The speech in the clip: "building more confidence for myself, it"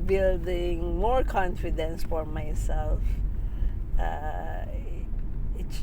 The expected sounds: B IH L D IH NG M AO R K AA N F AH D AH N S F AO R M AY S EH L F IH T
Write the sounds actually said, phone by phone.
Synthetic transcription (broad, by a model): B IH L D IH NG M AO R K AA N F AH D AH N S F AO R M AY S EH L F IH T